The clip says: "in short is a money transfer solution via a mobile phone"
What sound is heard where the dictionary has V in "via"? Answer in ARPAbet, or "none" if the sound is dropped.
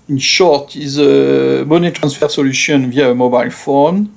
V